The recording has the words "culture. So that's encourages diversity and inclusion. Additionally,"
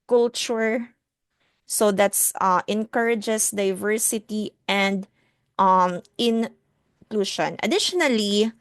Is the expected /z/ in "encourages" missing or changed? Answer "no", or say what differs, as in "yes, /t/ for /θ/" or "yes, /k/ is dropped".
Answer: yes, /s/ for /z/